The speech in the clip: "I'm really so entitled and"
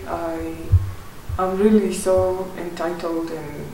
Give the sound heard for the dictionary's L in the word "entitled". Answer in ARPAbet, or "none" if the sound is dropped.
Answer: L